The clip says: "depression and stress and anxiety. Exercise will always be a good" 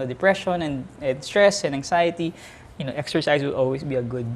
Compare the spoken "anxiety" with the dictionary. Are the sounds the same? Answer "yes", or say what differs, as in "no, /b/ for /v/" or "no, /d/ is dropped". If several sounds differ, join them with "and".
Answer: no, /s/ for /z/